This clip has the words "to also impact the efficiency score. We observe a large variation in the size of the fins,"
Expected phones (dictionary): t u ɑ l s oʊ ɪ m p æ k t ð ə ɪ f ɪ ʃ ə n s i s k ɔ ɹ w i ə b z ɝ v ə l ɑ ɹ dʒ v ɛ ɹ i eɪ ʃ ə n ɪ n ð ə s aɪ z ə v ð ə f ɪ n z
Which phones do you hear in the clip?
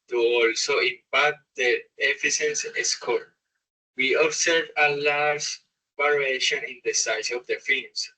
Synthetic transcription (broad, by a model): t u ɑ l s oʊ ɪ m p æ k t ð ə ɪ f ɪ s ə n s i s k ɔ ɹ w i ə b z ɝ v ə l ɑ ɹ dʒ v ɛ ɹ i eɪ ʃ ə n ɪ n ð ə s aɪ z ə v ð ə f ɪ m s